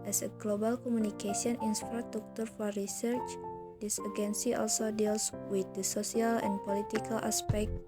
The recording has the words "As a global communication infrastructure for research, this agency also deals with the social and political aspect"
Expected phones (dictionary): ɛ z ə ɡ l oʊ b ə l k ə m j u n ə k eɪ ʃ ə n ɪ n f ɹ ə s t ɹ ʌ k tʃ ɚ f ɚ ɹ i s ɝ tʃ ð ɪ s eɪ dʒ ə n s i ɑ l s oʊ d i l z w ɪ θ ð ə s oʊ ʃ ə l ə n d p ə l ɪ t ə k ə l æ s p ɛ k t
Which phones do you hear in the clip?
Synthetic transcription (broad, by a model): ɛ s ə ɡ l oʊ b ə l k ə m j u n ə k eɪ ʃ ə n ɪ n f ɹ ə s t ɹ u k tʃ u f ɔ ɹ i s ɝ tʃ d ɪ s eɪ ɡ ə n s i ɑ l s oʊ d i l s w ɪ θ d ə s oʊ s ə l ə n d p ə l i t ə k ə l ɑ s p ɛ k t